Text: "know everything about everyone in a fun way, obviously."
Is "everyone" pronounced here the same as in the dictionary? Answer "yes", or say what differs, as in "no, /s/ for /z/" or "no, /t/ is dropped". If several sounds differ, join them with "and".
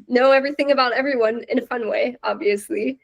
yes